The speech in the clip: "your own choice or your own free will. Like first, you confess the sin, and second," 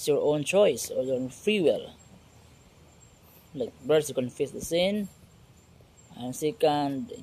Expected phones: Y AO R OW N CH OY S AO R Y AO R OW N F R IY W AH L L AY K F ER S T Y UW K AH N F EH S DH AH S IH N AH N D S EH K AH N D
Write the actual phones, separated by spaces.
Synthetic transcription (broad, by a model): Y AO R OW N CH OY S AO R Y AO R OW N F R IY W AH L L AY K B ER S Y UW K AH N F EH S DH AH S IH N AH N S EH K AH N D